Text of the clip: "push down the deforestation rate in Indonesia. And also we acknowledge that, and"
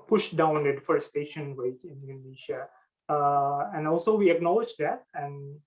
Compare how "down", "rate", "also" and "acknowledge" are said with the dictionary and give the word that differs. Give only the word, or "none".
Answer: rate